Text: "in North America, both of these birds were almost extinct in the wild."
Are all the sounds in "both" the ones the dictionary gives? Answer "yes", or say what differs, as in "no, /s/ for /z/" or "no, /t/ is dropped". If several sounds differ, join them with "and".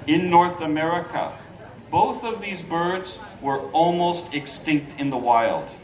yes